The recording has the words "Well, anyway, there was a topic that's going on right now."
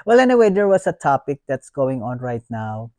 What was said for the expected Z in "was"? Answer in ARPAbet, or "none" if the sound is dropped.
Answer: S